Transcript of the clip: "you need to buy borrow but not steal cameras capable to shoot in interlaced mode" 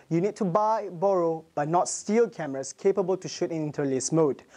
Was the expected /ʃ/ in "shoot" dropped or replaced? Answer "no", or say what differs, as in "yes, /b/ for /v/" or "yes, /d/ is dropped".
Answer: no